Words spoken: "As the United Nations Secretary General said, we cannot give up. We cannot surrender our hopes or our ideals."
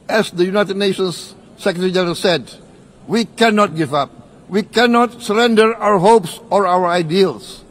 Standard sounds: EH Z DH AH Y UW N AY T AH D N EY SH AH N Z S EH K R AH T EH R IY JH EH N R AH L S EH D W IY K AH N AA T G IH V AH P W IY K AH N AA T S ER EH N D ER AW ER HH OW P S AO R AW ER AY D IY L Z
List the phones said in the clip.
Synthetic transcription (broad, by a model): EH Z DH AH Y UW N AY T AH D N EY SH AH N S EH K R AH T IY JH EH R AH S EH D W IY K AH N AA T G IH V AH P W IY K AH N AA T S ER EH N D ER AW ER HH OW P S AO R AW ER AY D IY L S